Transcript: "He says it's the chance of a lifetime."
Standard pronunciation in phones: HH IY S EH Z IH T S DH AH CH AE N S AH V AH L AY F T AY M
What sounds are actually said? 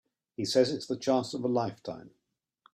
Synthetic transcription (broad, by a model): HH IY S EH Z IH T S DH AH CH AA S AH V AH L AY F T AY M